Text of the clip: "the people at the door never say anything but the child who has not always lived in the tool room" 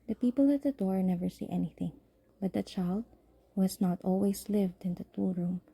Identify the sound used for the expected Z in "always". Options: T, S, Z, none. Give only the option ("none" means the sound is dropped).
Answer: S